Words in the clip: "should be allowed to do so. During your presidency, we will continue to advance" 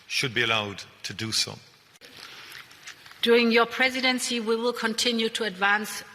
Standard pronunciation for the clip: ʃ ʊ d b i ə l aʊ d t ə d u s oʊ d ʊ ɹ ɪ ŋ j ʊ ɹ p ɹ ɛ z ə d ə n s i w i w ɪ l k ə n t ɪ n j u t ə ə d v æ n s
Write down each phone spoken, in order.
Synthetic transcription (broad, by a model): ʃ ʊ d b i ə l aʊ d t ə d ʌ s oʊ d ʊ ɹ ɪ ŋ j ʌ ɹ p ɹ ɛ z ə d ə n s i w i w ɪ l k ə n t ɪ n j u t ə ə d v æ n s